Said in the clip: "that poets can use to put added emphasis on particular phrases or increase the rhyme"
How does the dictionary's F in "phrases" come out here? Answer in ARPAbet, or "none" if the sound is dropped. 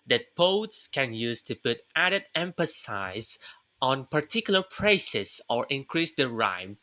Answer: P